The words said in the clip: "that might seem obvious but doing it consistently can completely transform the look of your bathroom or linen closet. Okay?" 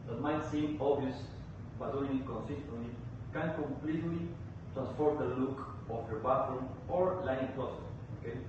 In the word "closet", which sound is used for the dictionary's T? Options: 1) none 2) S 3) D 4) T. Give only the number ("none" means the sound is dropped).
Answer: 1